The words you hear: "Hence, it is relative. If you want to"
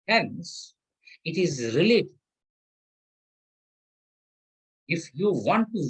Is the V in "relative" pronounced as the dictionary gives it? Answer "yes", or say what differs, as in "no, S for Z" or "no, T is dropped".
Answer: no, V is dropped